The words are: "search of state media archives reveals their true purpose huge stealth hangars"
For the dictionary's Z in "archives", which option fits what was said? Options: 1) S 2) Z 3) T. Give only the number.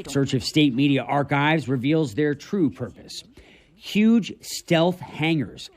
2